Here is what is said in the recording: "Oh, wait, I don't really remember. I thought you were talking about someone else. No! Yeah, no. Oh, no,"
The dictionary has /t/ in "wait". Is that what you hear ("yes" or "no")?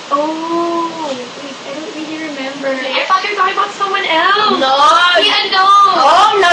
no